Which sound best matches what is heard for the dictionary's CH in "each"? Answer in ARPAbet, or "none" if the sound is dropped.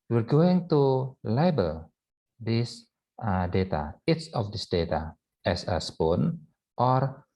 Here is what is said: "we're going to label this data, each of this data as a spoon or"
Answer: S